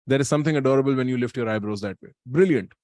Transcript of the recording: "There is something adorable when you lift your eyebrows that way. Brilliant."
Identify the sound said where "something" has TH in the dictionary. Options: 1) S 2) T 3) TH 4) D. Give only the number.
2